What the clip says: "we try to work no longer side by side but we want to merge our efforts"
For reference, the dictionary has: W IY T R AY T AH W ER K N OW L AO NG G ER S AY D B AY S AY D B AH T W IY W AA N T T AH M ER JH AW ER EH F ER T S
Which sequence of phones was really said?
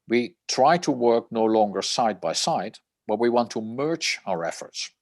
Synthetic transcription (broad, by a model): W IY T R AY T AH W ER K N OW L AO NG G ER S AY D B AY S AY D B AH T W IY W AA N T T AH M ER CH AW ER EH F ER T S